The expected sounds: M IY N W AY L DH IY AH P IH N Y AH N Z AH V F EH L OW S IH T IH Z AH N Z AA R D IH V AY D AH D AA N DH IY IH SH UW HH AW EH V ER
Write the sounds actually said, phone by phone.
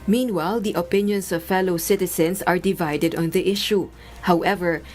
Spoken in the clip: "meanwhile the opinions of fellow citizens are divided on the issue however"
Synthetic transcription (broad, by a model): M IY N W AY L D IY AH P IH N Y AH N S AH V F EH L OW S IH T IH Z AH N S AA R D IH V AY D AH D AA N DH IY IH SH UW HH AW EH V ER